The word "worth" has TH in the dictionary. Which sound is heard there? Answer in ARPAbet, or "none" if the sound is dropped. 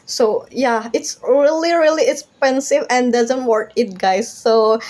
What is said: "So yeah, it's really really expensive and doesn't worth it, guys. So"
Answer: T